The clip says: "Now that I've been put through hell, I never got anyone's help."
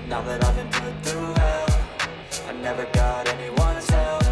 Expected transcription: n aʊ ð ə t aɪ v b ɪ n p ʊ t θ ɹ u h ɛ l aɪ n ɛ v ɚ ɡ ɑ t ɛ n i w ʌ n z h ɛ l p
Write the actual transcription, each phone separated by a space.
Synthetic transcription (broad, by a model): n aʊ ð ə t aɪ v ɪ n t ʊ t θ u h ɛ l aɪ n ɛ v ɚ ɡ ɑ t ɛ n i w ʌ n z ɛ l